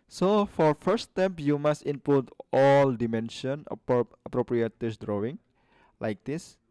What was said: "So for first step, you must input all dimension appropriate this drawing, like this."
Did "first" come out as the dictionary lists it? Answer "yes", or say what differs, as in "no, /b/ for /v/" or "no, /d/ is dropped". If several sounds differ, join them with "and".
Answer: no, /s/ is dropped